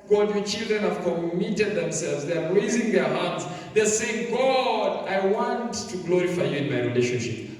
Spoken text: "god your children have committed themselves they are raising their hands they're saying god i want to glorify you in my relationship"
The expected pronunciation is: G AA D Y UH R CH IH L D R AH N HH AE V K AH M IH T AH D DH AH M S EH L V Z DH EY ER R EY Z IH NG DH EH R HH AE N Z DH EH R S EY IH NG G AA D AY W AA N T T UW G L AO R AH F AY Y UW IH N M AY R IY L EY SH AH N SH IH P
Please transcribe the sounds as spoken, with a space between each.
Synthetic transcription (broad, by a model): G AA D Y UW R CH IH L D R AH N HH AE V K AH M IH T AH D DH AH M S EH L V Z DH EY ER R EY Z IH NG DH EH R HH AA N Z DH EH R S EY IH NG G AA D AY W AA N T T UW G L AO R AH F AY Y UW IH N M AY R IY L EY SH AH N SH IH P